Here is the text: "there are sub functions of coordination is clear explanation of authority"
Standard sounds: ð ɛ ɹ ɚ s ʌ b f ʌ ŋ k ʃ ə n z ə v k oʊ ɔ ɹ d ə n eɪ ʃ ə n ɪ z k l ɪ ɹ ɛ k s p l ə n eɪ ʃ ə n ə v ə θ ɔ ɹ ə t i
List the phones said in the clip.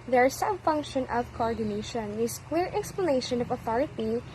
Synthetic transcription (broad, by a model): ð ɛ ɹ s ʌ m f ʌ ŋ k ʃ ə n ə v k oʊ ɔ ɹ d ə n eɪ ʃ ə n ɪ s k w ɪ ɹ ɛ k s p l ə n eɪ ʃ ə n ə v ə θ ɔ ɹ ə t i